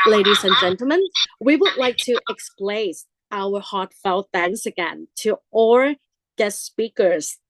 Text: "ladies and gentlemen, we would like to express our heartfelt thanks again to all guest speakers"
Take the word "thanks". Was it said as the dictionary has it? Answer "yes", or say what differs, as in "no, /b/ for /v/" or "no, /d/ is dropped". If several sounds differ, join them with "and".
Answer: no, /k/ is dropped